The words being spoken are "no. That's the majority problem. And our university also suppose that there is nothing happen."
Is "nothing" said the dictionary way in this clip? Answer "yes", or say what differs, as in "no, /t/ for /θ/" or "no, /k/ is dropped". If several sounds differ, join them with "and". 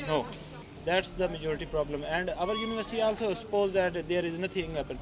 no, /t/ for /θ/